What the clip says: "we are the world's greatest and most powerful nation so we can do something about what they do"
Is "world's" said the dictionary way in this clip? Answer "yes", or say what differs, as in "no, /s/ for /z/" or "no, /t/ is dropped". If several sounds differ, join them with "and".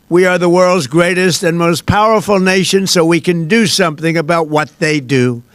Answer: yes